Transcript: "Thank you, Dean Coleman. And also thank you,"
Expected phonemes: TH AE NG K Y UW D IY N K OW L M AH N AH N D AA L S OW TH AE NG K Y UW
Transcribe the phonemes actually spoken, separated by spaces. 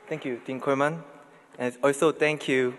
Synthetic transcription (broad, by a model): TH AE NG K Y UW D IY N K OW M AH N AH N AA L S OW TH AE NG K Y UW